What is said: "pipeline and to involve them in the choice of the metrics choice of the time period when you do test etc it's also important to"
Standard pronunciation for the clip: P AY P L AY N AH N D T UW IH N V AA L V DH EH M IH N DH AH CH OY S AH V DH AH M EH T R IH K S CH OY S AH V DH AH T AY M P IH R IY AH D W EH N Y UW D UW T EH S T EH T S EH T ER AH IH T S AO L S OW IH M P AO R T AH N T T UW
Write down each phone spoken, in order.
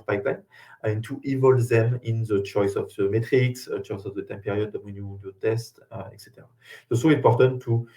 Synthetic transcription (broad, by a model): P AY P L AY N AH N T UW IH V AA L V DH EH M IH N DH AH CH OY S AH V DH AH M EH T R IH K S CH OY S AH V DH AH T AY M P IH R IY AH D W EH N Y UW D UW T EH S T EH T S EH T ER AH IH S AO S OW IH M P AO R T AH N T T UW